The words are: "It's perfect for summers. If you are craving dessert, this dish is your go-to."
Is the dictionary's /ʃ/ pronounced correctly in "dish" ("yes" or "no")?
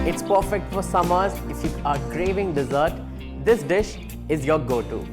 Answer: yes